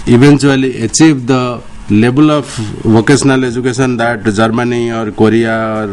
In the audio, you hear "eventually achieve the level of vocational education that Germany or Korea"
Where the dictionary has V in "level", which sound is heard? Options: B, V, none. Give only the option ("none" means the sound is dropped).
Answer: B